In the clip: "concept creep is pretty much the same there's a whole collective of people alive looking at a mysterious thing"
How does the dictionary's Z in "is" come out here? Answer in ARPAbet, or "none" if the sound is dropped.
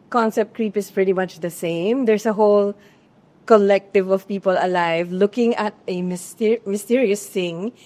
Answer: S